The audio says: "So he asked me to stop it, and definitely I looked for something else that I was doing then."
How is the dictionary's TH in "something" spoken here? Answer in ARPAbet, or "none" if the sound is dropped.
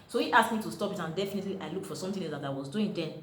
T